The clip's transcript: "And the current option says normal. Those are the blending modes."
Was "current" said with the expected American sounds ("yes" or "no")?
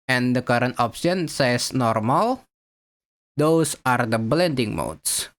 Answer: yes